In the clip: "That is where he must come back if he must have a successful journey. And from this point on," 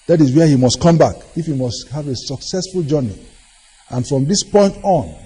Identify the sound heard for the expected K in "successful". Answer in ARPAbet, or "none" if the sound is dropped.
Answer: K